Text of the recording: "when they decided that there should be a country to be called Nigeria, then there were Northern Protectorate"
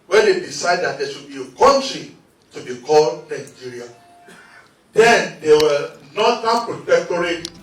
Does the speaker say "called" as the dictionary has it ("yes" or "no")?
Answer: yes